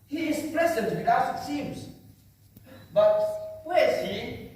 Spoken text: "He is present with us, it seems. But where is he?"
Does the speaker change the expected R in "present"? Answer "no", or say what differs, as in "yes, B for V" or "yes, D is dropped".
yes, L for R